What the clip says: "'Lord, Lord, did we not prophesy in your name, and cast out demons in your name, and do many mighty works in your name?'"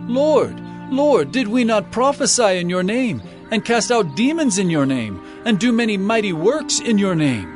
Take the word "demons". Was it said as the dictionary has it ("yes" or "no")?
yes